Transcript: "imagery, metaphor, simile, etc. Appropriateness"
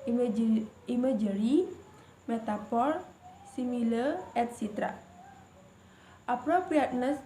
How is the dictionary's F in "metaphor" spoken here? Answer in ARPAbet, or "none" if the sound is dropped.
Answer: P